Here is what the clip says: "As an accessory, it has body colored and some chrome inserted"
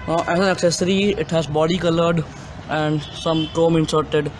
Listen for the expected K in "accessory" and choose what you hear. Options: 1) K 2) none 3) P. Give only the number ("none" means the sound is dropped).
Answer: 1